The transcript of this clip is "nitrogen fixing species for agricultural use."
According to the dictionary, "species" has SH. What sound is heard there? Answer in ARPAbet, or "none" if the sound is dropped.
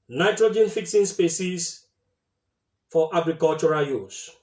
S